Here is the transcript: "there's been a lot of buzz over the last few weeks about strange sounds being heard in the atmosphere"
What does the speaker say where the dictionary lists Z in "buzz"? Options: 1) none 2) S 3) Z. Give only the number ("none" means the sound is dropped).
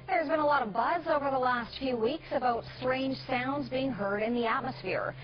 3